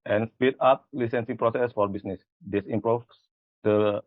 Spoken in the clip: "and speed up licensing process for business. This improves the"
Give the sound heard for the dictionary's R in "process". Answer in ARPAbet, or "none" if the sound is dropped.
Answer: R